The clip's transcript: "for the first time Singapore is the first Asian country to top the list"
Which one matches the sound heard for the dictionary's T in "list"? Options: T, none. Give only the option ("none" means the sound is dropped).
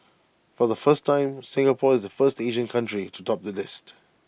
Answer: T